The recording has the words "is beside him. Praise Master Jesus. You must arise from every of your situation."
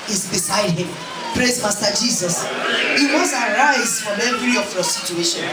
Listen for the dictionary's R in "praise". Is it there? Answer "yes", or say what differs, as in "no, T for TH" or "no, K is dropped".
yes